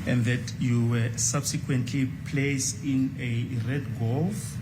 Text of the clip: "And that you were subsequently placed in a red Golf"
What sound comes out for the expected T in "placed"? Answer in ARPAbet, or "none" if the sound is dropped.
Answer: none